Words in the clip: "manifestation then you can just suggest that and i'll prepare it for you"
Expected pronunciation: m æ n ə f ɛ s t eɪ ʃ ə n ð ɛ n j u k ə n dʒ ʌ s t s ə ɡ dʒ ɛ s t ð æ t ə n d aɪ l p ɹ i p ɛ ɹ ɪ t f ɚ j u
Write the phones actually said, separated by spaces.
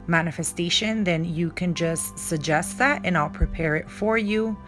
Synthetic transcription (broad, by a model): m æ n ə f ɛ s t eɪ ʃ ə n ð ɛ n j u k ə n dʒ ʌ s t s ə ɡ dʒ ɛ s t ð æ t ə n aɪ l p ɹ i p ɛ ɹ ɪ t f ɚ j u